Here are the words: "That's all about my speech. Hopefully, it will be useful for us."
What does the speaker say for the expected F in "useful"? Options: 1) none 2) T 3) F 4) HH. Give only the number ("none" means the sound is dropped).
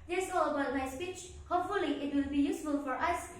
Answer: 3